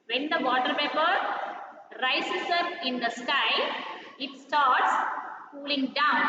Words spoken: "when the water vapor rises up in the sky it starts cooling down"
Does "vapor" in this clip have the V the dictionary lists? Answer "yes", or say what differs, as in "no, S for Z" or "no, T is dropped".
no, P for V